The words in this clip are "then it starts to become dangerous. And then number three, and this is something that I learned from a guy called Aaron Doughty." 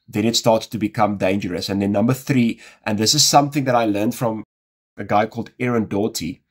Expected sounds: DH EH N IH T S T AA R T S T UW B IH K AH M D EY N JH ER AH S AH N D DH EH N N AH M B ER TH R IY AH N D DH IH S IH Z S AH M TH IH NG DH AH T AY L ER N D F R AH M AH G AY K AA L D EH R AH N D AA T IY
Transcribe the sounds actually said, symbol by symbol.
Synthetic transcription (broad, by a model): DH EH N IH T S T AA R T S T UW B IH K AH M D EY N JH ER AH S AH N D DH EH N N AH M B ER TH R IY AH N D DH IH S IH Z S AH M TH IH NG DH AH T AY L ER N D F R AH M AH G AY K AA L D EH R AH N D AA T IY